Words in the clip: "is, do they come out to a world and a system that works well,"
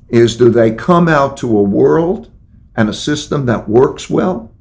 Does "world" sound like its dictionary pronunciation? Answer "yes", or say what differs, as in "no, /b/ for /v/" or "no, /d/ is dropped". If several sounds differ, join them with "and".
yes